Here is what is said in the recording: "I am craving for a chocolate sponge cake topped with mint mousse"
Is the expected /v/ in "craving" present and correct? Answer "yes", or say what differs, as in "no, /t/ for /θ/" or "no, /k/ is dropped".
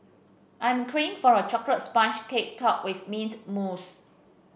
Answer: no, /v/ is dropped